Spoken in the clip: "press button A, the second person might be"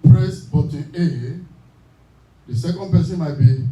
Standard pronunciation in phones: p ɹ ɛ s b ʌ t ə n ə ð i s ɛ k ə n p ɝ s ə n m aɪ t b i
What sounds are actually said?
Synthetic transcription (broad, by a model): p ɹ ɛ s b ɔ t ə l ə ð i s ɛ k ə n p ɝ s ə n m aɪ t b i